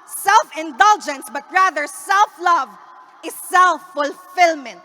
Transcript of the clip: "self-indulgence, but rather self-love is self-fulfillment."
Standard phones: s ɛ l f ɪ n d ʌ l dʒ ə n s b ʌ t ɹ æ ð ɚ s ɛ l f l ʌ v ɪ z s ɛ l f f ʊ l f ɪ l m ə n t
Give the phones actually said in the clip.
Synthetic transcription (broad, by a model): s ɛ l f ɪ n d ʌ l dʒ ə n s b ʌ t ɹ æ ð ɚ s ɛ l f l ʌ v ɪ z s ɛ l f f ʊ l f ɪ l m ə n t